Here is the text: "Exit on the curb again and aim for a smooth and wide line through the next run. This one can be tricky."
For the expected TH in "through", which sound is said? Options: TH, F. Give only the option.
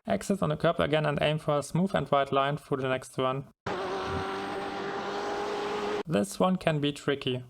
F